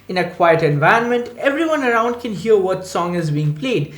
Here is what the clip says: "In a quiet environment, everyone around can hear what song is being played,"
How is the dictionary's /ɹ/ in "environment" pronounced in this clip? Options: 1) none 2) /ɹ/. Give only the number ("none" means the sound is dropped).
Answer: 1